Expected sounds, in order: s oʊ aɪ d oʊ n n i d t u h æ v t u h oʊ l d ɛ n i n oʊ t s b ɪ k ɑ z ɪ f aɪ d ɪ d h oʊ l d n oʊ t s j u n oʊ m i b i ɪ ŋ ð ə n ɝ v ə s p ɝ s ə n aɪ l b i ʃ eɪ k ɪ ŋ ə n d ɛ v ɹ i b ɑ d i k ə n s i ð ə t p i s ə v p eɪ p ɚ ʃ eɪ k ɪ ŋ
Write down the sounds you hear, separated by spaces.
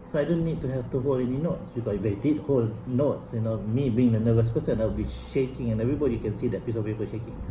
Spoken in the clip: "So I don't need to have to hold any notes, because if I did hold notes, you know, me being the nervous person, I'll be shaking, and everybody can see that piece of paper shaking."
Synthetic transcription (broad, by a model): s oʊ aɪ d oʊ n n i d t u h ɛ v t u h oʊ l ɛ n i n oʊ t s b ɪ k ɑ s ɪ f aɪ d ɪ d h oʊ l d n oʊ t s j u n oʊ m i b i ɪ ŋ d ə n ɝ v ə s p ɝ s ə n aɪ w b i ʃ eɪ k ɪ ŋ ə n ɛ v ɹ i b ɑ d i k ə n s i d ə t p i s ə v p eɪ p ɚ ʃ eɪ k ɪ ŋ